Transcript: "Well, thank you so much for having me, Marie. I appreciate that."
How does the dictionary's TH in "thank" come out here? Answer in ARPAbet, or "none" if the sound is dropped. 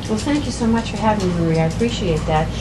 TH